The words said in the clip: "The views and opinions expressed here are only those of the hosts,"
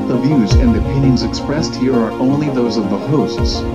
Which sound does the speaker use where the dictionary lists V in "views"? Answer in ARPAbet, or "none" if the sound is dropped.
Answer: V